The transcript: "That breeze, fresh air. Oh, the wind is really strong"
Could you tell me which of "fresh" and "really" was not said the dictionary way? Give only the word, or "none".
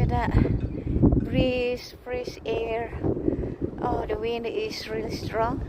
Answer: fresh